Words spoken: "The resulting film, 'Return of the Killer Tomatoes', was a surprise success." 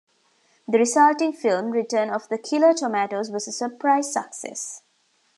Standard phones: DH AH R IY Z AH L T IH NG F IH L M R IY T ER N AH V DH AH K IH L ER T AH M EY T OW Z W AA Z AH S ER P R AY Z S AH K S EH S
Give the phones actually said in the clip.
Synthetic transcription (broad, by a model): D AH R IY S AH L T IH NG F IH L M R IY T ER N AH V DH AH K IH L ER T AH M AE T OW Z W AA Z AH S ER P R AY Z S AH K S EH S